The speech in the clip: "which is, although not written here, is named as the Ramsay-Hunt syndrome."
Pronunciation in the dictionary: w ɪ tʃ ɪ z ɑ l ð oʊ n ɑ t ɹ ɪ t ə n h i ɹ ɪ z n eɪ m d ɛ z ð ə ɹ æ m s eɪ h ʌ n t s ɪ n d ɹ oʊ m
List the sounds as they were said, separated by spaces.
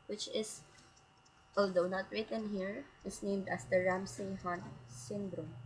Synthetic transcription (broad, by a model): w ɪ tʃ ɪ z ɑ l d oʊ n ɑ t ɹ ɪ t ə n h i ɹ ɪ s n eɪ m d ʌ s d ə ɹ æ m s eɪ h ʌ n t s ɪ n d ɹ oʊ m